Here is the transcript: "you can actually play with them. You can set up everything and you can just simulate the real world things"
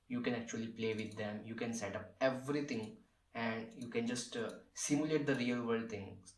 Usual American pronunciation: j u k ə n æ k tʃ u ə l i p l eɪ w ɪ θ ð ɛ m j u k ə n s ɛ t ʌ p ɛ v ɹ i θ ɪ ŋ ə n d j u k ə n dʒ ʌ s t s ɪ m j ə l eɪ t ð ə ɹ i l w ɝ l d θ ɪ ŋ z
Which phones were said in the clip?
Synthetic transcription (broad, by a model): j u k ə n æ k tʃ u ə l i p l eɪ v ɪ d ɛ m j u k ə n s ɛ t ʌ p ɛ v ɹ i t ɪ ŋ ə n d j u k ə n dʒ ʌ s t s ɪ m j ə l eɪ t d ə ɹ i l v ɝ d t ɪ ŋ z